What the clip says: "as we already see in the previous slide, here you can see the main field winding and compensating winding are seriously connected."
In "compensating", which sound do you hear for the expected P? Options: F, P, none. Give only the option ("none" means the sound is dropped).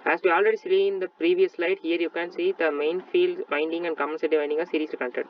none